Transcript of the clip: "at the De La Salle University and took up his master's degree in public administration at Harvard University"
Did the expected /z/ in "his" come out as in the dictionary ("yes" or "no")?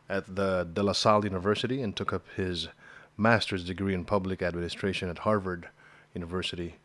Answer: yes